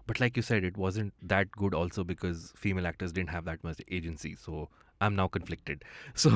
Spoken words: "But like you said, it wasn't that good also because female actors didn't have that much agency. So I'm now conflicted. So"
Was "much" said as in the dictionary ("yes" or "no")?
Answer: no